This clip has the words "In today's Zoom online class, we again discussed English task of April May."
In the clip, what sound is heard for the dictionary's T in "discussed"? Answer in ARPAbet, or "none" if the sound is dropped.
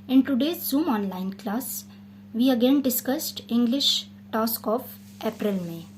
T